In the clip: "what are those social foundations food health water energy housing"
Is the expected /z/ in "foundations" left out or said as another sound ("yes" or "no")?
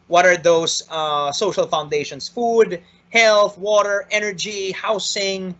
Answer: yes